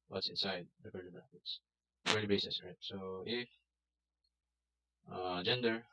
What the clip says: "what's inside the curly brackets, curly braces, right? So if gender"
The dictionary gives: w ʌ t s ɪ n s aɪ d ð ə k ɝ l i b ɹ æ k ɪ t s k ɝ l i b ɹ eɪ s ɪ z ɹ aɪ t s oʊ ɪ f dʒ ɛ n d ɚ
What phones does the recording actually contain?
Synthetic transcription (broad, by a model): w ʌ t s ɪ n s aɪ d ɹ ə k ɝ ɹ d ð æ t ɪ t s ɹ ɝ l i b eɪ s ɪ s ɹ aɪ t s oʊ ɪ f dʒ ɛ n d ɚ